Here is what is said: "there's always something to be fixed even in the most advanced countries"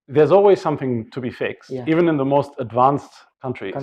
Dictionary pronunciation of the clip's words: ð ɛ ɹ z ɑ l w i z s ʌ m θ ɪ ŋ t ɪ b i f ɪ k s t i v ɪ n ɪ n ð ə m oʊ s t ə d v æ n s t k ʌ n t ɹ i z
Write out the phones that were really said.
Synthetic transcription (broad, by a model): ð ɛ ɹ z ɑ l w i z s ʌ m θ ɪ ŋ t ɪ b i f ɪ k s t i v ɪ n ɪ n ð ə m oʊ s t ə d v æ n s t k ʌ n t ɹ i